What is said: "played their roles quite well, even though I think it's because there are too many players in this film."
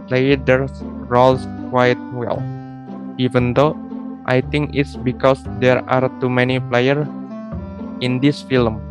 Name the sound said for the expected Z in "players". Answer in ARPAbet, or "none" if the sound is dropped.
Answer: none